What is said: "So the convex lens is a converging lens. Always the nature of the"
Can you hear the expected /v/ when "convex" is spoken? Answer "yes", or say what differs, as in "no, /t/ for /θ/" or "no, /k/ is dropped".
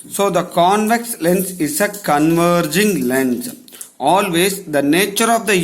yes